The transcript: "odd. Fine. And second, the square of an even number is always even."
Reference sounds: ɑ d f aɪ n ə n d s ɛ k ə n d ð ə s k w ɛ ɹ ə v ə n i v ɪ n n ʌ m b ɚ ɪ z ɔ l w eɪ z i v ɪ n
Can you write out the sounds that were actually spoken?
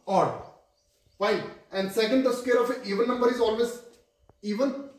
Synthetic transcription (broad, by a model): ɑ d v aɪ ə n d s ɛ k ə n d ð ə s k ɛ ɹ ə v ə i v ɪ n n ʌ m b ɚ ɪ z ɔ l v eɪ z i v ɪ n